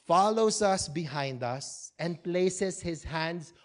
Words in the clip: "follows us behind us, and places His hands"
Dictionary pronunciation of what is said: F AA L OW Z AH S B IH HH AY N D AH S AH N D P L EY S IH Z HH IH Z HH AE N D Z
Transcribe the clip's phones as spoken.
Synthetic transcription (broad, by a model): F AA L OW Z AH S B IH HH AY N D AH S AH N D P L EY S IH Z HH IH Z HH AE N D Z